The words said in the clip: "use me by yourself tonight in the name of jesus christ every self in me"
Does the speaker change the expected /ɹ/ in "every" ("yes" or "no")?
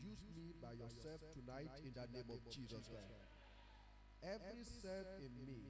no